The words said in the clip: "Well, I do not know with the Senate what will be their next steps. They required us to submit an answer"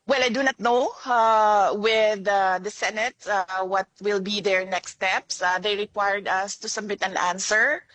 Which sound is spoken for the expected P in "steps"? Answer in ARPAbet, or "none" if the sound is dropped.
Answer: P